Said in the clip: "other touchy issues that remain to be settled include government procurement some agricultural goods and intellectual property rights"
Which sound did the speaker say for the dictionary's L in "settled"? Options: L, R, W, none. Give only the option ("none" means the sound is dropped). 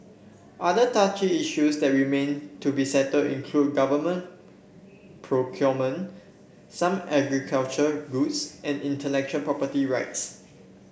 none